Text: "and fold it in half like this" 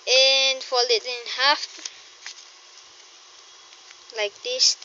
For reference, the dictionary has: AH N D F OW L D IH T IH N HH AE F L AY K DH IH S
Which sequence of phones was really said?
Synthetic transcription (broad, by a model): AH N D F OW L IH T IH N HH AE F L AY K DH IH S